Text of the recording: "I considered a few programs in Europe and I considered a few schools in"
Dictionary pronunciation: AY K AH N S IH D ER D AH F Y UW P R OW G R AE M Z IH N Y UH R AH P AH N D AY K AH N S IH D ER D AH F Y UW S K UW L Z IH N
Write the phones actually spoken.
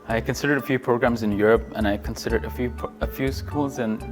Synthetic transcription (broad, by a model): AY K AH N S IH D ER D AH F Y UW P R OW G R AE M Z IH N Y UH R AH P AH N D AY K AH N S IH D ER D AH F Y UW S K UW L Z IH N